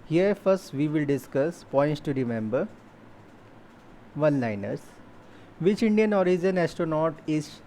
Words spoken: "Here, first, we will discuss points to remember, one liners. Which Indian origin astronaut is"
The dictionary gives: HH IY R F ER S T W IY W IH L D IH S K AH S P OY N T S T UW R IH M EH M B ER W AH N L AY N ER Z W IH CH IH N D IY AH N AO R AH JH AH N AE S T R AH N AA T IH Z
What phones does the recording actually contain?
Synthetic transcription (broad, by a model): HH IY R F ER S T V IY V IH L D IH S K AH S P OY N T S T UW R IH M EH M B ER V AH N L AY N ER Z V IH CH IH N D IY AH N AO R AH JH AH N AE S T AH N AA T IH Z